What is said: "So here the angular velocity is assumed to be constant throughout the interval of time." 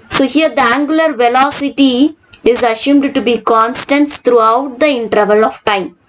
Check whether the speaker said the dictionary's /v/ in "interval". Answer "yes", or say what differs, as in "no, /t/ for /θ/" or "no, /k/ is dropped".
yes